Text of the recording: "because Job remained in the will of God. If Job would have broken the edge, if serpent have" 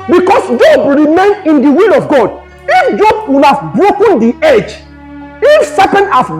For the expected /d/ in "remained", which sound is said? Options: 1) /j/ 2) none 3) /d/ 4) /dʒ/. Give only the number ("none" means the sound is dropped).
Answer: 2